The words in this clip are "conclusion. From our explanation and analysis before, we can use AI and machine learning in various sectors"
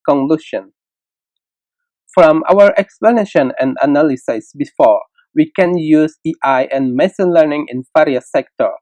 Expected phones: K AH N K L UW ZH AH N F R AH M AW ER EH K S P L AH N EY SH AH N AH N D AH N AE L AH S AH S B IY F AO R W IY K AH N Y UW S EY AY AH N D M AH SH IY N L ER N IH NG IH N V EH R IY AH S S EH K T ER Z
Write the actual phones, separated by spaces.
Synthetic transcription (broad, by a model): K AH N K L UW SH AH N F R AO M AW ER EH K S P L AH N EY SH AH N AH N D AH N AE L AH S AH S B IY F AO R W IY K AH N Y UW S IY AY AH N M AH S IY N L ER N IH NG IH N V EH R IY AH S S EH K T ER